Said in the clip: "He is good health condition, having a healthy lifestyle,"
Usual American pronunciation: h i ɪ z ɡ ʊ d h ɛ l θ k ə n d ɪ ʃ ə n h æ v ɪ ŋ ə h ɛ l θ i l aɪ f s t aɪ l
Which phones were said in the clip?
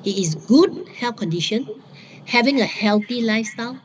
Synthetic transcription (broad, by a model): h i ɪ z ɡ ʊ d h ɛ l f k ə n d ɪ ʃ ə n h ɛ v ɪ ŋ ə h ɛ l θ i l aɪ f s t aɪ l